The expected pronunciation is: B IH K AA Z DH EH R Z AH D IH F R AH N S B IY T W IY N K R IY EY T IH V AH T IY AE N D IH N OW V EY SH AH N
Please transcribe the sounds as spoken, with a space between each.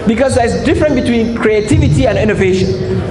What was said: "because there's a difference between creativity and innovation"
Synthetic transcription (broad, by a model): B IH K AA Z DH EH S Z D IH F R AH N B IY T W IY N K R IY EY T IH V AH T IY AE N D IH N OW V EY SH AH N